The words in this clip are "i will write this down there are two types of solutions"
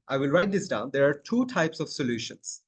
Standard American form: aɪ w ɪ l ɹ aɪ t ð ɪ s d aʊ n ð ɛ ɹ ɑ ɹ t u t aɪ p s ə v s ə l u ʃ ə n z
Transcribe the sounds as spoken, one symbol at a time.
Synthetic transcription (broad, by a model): aɪ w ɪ l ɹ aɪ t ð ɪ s d aʊ n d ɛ ɹ ɑ ɹ t u t aɪ p s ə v s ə l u ʃ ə n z